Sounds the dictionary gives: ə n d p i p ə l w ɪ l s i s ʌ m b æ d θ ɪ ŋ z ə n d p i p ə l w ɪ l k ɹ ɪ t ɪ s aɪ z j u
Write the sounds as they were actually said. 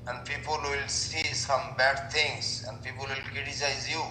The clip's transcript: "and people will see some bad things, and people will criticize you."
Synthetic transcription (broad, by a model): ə n d p i p ə l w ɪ l s i s ʌ m b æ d t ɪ ŋ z ə n d p i p ə l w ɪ l k ɹ ɪ t ɪ s aɪ z j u